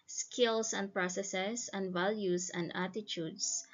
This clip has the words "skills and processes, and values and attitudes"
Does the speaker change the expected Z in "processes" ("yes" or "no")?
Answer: yes